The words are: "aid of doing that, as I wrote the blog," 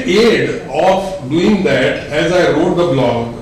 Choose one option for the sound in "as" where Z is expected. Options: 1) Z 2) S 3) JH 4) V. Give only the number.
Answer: 1